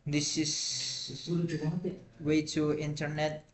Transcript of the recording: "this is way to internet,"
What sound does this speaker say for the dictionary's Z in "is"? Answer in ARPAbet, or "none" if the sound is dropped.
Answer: S